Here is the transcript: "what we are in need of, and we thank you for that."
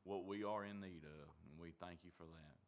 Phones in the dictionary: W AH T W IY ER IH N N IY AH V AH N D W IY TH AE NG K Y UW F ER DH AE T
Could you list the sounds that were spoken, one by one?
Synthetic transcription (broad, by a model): W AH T W IY ER IH N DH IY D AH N W IY TH AE NG K Y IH F ER DH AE T